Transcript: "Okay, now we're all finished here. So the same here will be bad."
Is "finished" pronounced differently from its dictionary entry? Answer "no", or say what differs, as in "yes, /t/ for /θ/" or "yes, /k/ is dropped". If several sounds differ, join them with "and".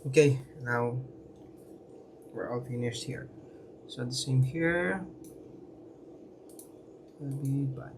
yes, /s/ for /ʃ/